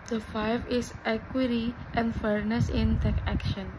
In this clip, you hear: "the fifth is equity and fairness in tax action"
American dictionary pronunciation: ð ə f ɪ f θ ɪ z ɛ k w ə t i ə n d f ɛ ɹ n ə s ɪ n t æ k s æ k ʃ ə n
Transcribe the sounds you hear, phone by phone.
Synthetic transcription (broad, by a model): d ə f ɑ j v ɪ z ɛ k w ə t i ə n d f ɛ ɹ n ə s ɪ n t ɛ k æ k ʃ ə n